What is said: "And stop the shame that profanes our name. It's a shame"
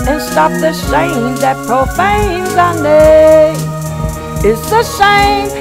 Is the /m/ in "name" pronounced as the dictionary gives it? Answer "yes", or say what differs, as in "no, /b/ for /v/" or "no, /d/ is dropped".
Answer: no, /m/ is dropped